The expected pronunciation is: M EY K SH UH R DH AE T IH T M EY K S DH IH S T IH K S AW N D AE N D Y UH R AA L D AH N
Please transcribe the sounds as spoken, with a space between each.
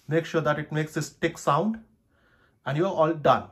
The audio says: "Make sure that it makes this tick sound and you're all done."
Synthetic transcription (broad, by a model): M EY K SH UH R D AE T IH T M EY K S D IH S T IH K S AW N D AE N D Y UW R AA L D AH N